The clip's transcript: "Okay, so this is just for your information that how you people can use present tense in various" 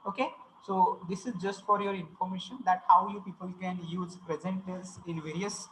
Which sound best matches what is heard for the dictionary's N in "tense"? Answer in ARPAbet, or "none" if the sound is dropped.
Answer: none